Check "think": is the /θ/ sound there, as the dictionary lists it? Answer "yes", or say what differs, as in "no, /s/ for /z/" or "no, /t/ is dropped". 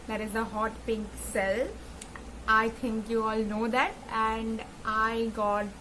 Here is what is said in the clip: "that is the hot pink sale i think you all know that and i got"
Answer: no, /t/ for /θ/